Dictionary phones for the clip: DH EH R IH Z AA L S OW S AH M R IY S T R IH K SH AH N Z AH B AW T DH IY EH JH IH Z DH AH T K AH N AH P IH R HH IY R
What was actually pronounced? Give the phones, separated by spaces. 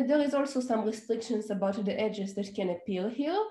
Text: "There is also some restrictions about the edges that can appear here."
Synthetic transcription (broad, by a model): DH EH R IH Z AA L S OW S AH M R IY S T R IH K SH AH N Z AH B AW T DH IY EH JH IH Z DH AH T K AH N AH P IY L HH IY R